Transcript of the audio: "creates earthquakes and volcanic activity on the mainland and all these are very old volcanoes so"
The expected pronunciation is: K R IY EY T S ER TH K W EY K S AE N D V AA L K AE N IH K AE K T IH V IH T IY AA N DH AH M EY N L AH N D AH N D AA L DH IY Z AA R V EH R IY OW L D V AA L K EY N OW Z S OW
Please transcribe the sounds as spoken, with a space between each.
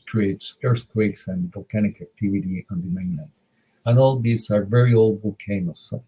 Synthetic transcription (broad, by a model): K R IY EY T S ER TH K W EY K S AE N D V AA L K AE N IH K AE K T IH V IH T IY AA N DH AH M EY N AH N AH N AA L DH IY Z AA R V EH R IY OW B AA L K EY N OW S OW